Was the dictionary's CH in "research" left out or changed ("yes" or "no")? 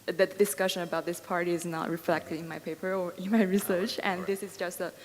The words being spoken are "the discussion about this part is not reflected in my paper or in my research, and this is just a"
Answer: no